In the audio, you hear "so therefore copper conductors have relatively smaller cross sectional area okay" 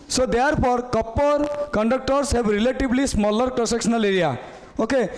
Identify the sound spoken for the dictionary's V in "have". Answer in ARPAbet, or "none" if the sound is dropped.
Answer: B